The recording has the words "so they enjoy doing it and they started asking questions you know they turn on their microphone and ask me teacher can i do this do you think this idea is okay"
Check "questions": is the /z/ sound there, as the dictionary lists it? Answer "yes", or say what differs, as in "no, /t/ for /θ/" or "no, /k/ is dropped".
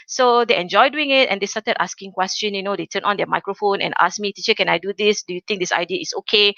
no, /z/ is dropped